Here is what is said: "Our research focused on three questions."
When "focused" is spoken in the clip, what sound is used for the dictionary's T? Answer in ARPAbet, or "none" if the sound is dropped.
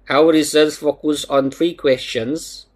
none